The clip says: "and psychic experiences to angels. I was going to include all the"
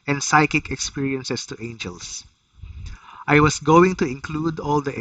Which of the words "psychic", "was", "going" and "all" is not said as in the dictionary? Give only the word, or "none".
was